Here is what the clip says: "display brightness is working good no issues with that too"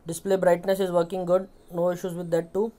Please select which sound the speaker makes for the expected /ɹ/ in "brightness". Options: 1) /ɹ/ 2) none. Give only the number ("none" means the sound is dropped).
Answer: 1